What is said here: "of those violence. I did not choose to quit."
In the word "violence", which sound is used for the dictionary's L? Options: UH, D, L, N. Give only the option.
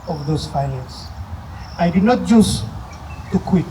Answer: N